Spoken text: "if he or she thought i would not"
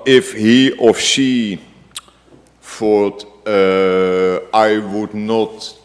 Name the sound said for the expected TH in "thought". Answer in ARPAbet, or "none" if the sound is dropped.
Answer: F